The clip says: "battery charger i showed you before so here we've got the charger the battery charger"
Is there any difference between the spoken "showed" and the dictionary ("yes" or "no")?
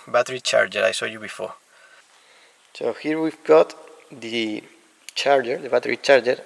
yes